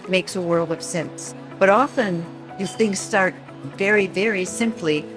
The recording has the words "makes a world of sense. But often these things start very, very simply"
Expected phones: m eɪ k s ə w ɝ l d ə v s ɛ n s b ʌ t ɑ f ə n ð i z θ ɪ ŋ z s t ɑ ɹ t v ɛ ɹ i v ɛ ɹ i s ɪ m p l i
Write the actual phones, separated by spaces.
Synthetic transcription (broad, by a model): m eɪ k s ə w ɝ l d ə v s ɛ n s b ʌ t ɑ f ə n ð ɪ θ ɪ ŋ z s t ɑ ɹ t v ɛ ɹ i v ɛ ɹ i s ɪ m p l i